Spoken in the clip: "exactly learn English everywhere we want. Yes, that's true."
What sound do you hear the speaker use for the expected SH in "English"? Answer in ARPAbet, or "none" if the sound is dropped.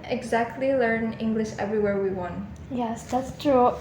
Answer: SH